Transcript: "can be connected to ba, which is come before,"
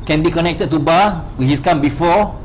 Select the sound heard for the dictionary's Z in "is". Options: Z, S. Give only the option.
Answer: S